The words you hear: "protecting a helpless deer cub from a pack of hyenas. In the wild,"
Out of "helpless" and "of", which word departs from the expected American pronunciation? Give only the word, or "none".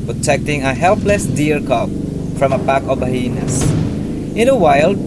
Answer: of